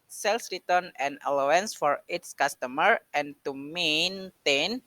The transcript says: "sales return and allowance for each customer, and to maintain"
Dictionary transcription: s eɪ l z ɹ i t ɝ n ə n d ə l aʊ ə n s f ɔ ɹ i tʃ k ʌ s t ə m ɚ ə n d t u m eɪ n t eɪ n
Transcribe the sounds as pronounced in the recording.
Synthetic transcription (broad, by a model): s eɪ l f ɹ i t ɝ n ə n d ə l aʊ ə n s f ɔ ɹ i s k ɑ s t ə m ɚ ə n t u m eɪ n t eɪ n